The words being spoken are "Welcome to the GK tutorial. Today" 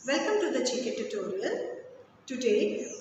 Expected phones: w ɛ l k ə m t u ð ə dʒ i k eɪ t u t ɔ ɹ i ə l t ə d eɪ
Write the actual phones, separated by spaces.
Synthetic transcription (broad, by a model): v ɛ l k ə m t u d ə tʃ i k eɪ t u t ɔ ɹ i ə l t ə d eɪ